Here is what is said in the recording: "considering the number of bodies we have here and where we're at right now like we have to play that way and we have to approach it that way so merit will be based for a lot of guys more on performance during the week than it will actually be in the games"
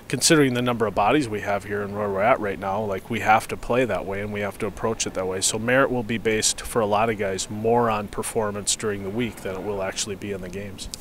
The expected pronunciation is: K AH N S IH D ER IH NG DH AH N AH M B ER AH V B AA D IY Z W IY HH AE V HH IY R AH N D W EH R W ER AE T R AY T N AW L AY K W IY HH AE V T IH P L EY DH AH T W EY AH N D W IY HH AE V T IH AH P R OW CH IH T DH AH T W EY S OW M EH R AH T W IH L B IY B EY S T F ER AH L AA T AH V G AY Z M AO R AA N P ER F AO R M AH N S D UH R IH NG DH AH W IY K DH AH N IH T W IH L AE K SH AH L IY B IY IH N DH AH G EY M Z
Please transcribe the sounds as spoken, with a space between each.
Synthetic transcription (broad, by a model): K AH N S IH D ER IH NG DH AH N AH M B ER AH V B AA D IY Z W IY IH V HH IY R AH N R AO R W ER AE T R AY T N AW L AY K W IY HH AE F T IH P L EY DH AH T W EY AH N W IY HH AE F T IH AH P R OW CH IH T DH AH T W EY S OW M EH R AH T W IH L B IY B EY S T F ER AH L AA T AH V G AY Z M AO R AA N P ER F AO R M AH N S D UH R IH NG DH AH W IY K DH AH N IH T W IH L AE K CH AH L IY B IY IH N DH AH G EY M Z